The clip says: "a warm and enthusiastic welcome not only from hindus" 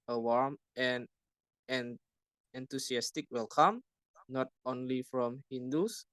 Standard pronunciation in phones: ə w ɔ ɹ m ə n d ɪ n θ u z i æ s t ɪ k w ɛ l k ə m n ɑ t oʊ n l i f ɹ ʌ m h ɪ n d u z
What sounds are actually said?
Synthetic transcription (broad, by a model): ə w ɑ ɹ m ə n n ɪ n t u s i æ s t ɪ k w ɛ l k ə m n ɑ t oʊ n l i f ɹ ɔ m h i n d u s